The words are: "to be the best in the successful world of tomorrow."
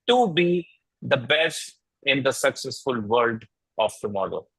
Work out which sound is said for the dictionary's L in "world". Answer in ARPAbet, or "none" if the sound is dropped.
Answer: none